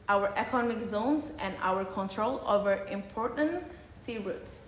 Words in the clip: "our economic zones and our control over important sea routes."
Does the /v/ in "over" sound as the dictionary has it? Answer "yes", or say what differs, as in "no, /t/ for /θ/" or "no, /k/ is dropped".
yes